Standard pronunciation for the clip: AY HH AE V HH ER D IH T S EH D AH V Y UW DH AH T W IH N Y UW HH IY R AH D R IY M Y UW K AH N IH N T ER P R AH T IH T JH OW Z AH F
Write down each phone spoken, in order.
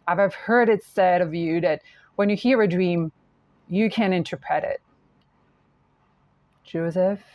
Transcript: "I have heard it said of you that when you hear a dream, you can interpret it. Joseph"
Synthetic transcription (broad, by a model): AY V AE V HH ER D IH T S EH D AH V Y UW DH AH T W IH N Y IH HH IY R AH D R IY M Y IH K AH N IH N T ER P R AH T IH T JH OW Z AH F